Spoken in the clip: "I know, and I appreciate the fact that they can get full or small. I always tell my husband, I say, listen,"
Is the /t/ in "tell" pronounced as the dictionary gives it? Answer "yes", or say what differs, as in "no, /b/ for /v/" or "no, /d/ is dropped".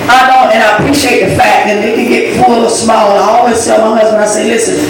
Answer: no, /s/ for /t/